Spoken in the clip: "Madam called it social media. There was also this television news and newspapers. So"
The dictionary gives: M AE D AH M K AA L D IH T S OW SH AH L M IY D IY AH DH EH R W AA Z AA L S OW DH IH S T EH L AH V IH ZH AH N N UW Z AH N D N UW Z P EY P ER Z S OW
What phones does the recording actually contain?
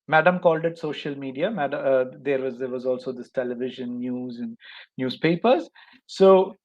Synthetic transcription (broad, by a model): M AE D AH M K AA L D IH T S OW SH AH L M IY D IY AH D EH R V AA Z AA L S OW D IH S T EH L AH V IH ZH AH N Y UW Z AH N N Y UW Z P EY P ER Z S OW